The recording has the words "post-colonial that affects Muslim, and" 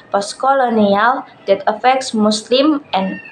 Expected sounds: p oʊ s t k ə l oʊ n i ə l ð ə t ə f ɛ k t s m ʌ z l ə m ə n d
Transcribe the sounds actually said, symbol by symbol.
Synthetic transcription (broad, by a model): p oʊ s k ə l oʊ n i ə l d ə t ə f ɛ k t s m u s l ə m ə n